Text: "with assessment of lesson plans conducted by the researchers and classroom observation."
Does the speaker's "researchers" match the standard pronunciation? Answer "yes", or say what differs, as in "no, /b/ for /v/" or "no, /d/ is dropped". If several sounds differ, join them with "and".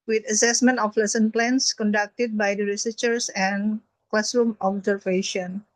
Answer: no, /s/ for /z/